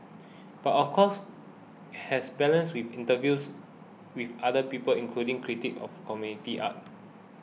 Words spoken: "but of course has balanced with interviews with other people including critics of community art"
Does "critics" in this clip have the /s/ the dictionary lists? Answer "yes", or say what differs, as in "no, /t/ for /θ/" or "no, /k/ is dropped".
no, /s/ is dropped